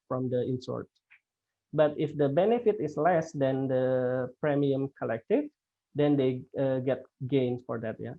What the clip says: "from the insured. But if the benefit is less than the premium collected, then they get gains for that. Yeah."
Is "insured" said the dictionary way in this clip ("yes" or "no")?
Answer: no